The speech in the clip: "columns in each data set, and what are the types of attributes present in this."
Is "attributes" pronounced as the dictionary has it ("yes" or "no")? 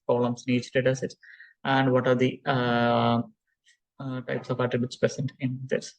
yes